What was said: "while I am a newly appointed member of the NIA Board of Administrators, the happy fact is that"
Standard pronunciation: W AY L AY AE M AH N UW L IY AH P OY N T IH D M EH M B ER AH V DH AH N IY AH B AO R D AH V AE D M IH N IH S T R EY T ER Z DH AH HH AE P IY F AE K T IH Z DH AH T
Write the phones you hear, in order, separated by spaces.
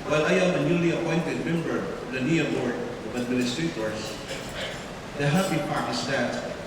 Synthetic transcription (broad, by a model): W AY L AY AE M AH N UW L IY AH P OY N T IH D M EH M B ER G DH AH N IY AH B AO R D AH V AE D M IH N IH S T R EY T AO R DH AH HH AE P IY P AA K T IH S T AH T